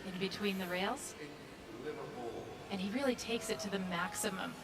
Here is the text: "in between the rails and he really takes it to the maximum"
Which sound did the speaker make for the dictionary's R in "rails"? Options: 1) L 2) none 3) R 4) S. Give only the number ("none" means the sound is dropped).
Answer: 3